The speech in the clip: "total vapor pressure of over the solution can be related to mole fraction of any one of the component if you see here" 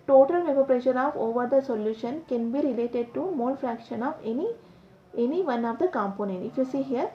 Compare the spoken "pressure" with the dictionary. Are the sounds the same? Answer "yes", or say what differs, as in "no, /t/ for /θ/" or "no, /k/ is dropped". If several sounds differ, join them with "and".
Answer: yes